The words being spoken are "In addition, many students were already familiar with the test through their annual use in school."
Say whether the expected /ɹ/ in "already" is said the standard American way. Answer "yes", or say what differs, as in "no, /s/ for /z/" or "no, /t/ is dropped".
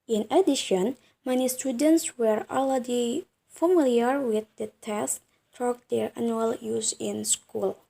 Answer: no, /l/ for /ɹ/